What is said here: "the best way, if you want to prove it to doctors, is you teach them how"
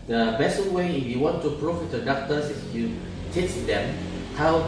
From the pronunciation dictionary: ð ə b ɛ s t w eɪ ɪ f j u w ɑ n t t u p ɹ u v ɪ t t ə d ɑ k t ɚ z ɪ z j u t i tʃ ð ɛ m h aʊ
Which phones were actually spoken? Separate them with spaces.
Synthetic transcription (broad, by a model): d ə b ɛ s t w eɪ ɪ f j u w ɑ n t t u p ɹ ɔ f ɪ t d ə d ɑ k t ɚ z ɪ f j u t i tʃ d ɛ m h aʊ